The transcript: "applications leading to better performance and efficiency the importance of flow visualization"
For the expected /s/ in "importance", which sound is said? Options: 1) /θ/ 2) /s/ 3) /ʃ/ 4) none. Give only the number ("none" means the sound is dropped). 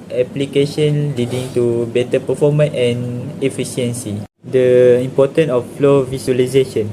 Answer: 4